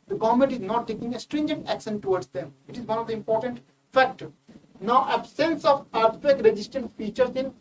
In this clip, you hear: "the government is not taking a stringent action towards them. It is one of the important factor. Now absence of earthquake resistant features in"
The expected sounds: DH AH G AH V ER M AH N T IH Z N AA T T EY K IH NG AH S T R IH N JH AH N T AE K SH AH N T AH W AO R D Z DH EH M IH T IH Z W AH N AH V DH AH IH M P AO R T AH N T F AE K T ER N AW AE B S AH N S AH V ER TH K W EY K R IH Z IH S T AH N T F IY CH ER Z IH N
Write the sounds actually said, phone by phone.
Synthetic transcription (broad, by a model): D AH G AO M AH N T IH Z N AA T T EY K IH NG AH S T R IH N JH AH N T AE K S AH N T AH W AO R D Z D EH M IH T IH Z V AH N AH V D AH IH M P AO R T AH N T F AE K T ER N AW AE B S AH N S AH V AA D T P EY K R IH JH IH S T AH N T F IY CH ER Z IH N